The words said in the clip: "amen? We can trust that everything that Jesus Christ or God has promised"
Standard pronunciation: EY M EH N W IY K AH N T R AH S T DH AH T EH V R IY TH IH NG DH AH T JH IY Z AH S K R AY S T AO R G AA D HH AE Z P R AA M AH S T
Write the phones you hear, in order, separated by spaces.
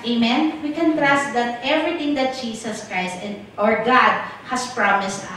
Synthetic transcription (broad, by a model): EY M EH N W IY K AH N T R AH S T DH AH T EH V R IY T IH NG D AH T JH IY S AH S K R AY S T AO R G AA D HH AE S P R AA M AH S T